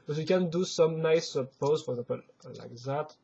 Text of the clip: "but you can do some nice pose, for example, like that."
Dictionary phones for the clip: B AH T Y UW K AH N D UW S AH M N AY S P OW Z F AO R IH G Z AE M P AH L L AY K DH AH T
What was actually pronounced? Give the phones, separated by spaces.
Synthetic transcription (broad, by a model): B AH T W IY K AH N D UW S AH M N AY S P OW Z F AO R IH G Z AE P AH L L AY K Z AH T